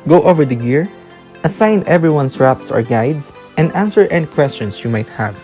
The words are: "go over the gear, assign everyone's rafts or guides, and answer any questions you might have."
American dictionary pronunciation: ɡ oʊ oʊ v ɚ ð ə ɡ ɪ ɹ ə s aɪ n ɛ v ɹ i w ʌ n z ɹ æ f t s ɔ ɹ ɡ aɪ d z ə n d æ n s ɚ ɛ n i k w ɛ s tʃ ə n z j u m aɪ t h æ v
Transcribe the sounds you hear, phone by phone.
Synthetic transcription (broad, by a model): ɡ oʊ oʊ v ɚ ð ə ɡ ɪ ɹ ə s aɪ n ɛ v ɹ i w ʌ n s ɹ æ p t s ɔ ɹ ɡ aɪ d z ə n d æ n s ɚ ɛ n k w ɛ s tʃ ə n s j u m aɪ t h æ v